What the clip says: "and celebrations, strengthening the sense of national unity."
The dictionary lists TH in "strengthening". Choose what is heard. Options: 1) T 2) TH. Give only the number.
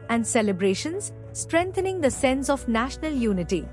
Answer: 1